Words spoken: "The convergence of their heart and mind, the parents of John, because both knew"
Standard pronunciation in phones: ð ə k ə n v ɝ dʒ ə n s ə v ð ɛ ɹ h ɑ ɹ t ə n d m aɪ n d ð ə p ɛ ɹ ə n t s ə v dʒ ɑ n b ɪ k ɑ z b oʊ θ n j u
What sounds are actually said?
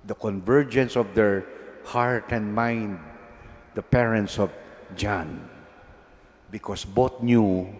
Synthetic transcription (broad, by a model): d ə k ə n v ɝ dʒ ə n s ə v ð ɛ ɹ h ɑ ɹ t ə n d m aɪ n d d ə p ɛ ɹ ə n t s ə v dʒ ɑ n b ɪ k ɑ s b oʊ t n j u